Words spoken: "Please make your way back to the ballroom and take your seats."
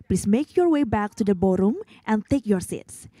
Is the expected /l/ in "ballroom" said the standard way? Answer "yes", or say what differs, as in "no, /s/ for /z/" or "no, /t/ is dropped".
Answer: no, /l/ is dropped